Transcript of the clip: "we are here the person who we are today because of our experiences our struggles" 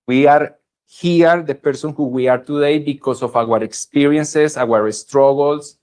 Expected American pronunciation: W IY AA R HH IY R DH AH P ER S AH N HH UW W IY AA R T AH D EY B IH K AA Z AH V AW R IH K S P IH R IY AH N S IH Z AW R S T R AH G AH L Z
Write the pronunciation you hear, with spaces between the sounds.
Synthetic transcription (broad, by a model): W IY AA R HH IY R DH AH P ER S AH N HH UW W IY AA R T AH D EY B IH K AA S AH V AW R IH K S P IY R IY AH N S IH S AW R S T R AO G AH L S